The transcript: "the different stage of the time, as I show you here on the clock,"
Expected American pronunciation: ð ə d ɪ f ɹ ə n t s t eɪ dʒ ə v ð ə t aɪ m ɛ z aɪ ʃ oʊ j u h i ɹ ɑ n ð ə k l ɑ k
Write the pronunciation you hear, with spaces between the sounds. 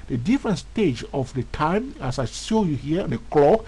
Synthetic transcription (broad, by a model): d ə d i f ɹ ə n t s t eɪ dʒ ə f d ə t aɪ m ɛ s aɪ s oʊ j u h i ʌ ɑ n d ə k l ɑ k